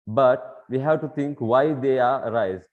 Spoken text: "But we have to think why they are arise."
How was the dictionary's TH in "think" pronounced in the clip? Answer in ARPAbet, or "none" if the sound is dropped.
T